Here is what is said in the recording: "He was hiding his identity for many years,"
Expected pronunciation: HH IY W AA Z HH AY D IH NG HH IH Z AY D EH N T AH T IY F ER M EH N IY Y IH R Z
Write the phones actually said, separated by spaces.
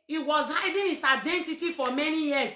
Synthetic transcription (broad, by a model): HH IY W AA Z HH AY D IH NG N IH S AY D EH N T AH T IY F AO M EH N IY Y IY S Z